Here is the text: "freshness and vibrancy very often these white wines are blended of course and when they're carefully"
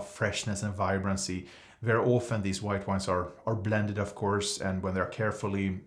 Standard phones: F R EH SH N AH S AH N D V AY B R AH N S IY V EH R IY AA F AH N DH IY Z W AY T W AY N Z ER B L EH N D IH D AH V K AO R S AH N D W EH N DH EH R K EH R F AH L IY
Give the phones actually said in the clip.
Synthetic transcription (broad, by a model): F R EH SH N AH S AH N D V AY B R AH N S IY V EH R IY AA F AH N DH IY Z W AY T W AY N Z ER B L EH N D IH D AH V K AO R S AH N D W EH N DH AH R K EH R F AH L IY